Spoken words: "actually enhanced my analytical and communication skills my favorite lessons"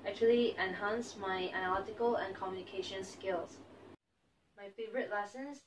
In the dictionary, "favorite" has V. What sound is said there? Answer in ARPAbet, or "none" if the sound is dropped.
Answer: V